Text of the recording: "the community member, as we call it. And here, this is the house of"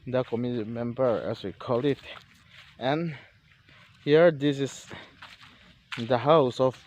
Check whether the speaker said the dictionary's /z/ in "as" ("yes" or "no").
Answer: no